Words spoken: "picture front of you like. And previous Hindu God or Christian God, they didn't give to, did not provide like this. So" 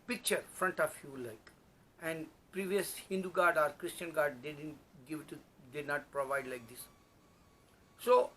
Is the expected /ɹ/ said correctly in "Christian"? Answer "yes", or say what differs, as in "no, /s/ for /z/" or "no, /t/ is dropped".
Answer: yes